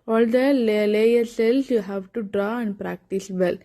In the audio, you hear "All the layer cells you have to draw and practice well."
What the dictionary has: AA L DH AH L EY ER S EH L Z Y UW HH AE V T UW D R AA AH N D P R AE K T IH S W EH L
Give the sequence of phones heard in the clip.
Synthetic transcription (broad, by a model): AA L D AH L EY ER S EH L S Y UW HH AE V T UW D R AA AH N D P R AE K T IH S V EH L